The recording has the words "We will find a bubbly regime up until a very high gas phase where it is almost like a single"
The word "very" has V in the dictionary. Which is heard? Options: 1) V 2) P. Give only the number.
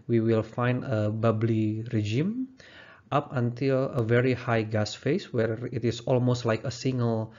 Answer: 1